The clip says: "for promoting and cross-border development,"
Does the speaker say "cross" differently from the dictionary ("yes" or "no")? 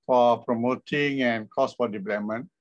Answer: yes